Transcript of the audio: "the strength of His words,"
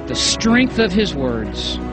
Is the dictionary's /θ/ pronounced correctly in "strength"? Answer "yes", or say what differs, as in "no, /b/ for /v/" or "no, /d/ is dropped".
yes